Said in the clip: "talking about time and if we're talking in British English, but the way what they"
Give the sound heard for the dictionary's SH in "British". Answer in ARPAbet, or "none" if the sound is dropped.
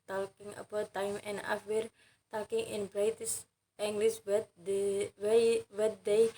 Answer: S